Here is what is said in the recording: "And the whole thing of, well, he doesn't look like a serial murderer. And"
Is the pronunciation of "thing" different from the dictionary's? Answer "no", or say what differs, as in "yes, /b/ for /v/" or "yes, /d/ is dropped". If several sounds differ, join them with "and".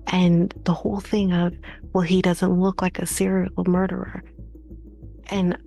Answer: no